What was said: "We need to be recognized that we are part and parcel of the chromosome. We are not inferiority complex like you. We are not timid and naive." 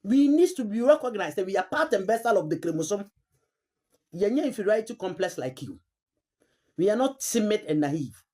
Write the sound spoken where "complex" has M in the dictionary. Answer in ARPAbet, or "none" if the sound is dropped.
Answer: M